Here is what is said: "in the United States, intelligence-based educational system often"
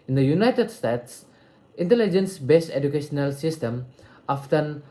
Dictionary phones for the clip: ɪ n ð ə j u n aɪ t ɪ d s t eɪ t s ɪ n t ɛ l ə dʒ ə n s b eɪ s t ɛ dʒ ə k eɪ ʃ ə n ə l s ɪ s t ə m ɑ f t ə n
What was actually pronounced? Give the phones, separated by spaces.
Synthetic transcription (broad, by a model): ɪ n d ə j u n aɪ t ɪ d s t eɪ t s ɪ n t ɛ l ə dʒ ə n s b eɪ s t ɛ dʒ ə k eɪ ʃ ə n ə l s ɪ s t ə m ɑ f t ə n